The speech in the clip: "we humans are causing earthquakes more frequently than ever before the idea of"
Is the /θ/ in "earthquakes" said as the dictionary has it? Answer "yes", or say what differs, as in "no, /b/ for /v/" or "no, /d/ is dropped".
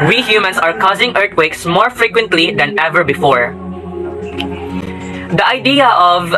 no, /t/ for /θ/